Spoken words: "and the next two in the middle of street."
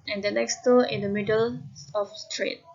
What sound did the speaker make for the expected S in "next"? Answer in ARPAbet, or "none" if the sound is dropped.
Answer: S